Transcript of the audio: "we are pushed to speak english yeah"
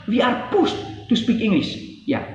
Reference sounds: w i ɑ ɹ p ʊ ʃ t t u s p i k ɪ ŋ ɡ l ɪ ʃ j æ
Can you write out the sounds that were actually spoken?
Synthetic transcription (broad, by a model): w i ɑ ɹ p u s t t u s p i k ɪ ŋ ɡ l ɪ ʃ j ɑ